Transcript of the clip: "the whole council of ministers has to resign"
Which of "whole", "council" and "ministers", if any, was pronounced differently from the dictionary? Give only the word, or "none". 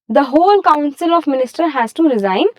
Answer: ministers